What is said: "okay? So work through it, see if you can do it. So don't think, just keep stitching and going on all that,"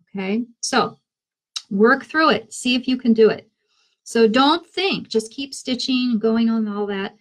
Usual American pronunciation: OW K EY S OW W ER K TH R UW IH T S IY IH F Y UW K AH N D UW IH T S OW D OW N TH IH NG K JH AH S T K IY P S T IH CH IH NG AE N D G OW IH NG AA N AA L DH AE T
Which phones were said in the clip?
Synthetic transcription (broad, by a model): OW K EY S OW W ER K TH R UW IH T S IY IH F Y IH K AH N D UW IH T S OW D OW N TH IH NG K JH AH S K IY P S T IH CH IH NG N G OW IH NG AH N AA L DH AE T